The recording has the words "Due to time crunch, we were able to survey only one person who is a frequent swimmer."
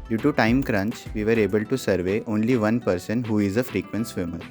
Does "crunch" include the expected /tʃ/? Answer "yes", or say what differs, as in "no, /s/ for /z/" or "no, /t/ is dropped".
yes